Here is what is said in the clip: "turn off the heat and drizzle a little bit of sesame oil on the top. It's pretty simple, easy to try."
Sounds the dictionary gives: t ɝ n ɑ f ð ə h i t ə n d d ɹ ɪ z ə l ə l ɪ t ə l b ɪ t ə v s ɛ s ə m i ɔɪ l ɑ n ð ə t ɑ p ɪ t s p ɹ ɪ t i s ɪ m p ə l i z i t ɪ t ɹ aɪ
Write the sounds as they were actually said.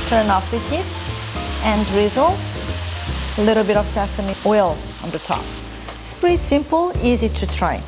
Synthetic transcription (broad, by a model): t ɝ n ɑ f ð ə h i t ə n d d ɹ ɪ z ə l ə l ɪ t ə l b ɪ t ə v s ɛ s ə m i ɔɪ l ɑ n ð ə t ɑ p ɪ t s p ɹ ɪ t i s ɪ m p ə l i z i t ɪ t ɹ aɪ